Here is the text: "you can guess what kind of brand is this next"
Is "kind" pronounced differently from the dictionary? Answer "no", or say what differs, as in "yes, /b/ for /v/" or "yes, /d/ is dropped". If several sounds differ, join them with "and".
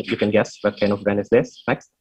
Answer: yes, /d/ is dropped